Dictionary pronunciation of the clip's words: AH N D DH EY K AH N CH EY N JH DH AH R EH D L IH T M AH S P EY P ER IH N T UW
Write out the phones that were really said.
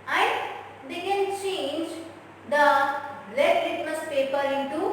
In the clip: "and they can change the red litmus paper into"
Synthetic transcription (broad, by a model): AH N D EY K AH N CH EY N JH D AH L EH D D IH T M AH S P EY P ER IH N T UW